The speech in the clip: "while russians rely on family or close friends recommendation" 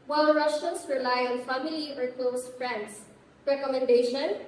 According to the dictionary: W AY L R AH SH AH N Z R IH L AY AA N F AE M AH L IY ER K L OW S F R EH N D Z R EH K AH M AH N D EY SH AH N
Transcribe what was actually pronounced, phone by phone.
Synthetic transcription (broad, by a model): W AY L R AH SH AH N S R IH L AY AA N F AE M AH L IY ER K L OW S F R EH N D S R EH K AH M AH N D EY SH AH N